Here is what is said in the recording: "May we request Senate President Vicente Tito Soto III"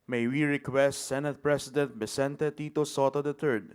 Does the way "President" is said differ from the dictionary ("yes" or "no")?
yes